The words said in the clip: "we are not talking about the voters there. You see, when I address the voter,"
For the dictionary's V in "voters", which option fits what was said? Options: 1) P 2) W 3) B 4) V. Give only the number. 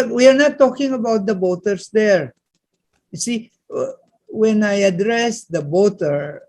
3